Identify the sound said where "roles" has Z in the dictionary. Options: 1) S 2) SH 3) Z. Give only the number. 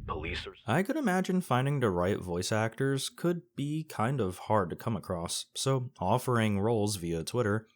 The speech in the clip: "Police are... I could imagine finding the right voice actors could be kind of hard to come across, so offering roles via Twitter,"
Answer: 3